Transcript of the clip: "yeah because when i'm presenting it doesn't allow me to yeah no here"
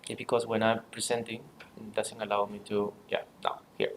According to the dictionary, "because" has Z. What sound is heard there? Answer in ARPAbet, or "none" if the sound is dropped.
S